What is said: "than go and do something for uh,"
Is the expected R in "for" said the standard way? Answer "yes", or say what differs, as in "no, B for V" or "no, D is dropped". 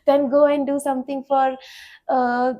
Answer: yes